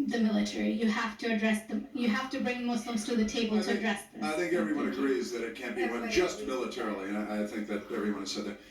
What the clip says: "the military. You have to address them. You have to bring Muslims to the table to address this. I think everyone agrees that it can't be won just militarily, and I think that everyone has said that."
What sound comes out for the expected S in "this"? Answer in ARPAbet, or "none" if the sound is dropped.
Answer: none